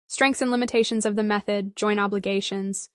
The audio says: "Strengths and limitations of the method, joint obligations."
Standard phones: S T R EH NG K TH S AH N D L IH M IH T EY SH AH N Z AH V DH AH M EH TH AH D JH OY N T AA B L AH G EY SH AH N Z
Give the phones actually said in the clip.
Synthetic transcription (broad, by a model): S T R EH NG K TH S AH N L IH M IH T EY SH AH N Z AH V DH AH M EH TH AH D JH OY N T AA B L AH G EY SH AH N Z